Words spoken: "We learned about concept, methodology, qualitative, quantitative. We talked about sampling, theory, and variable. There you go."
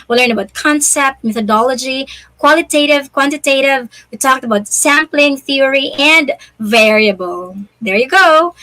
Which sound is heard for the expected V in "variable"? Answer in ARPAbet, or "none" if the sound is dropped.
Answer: V